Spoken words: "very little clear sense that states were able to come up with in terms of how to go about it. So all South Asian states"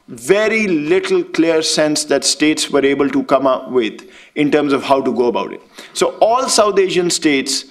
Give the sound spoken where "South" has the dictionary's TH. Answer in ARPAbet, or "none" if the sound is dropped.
T